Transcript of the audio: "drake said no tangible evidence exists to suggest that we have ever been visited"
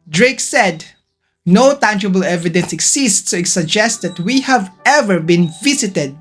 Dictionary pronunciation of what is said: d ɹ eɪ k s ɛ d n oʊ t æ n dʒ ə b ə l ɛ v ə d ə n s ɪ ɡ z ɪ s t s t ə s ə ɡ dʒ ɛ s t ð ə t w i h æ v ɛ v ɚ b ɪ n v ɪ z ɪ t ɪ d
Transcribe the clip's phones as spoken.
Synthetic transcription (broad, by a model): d ɹ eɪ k s ɛ d n oʊ t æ n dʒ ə b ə l ɛ v ə d ə n s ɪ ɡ s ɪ s t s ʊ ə s ə ɡ dʒ ɛ s t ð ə t w i h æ v ɛ v ɚ b ɪ n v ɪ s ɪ t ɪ d